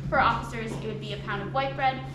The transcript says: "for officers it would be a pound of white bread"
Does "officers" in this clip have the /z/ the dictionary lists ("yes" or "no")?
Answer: yes